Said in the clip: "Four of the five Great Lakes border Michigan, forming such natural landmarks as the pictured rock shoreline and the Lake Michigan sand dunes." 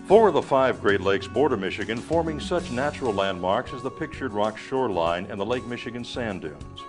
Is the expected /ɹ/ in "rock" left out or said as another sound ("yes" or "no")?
no